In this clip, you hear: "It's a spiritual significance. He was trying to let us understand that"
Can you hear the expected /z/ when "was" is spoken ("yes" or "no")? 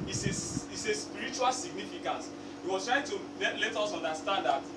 no